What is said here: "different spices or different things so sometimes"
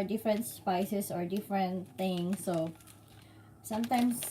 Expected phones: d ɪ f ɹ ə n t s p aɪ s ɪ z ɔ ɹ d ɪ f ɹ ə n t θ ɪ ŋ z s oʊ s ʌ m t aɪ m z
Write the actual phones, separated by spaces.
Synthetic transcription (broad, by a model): d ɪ f ɹ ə n t s p aɪ s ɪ s ɔ ɹ d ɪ f ɹ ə n t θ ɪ ŋ s oʊ s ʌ m t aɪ m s